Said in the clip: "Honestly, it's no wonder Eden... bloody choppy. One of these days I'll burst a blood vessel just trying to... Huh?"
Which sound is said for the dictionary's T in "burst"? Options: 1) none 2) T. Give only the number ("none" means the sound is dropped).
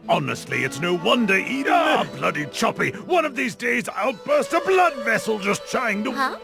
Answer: 2